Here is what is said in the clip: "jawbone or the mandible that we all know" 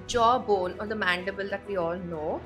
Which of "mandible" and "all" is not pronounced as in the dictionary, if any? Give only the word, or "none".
none